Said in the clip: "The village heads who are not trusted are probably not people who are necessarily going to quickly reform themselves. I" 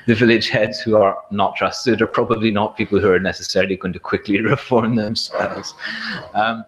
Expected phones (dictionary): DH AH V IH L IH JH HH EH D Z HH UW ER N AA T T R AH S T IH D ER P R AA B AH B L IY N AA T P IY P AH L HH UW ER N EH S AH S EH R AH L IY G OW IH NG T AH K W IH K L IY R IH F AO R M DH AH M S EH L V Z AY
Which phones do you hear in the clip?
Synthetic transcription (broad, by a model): DH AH V IH L IH JH HH EH D Z HH UW ER N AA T T R AH S T IH D ER P R AA B AH B L IY N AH T P IY P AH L HH UW ER N EH S AH S EH R AH L IY G OW IH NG T AH K W IH K L IY R IH F AO R M DH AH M S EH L Z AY